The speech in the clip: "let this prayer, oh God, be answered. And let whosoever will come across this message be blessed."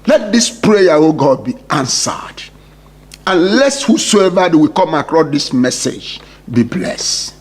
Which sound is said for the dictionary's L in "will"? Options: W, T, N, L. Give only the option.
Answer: W